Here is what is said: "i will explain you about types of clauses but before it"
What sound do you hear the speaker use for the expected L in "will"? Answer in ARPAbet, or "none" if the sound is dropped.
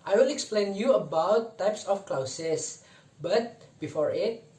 N